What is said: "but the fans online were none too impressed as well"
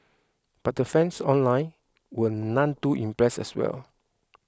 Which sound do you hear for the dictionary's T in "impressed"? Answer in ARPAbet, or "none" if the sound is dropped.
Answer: none